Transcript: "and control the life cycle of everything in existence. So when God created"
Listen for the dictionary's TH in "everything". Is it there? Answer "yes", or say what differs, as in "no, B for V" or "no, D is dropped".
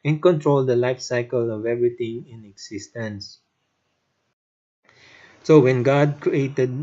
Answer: no, T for TH